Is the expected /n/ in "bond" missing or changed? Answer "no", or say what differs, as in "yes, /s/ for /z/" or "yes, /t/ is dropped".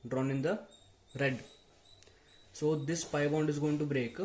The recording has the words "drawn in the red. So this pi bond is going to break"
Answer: no